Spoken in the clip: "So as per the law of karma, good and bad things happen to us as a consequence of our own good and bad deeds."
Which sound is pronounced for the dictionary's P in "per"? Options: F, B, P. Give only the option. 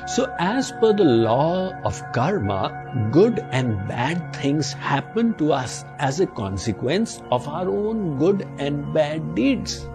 F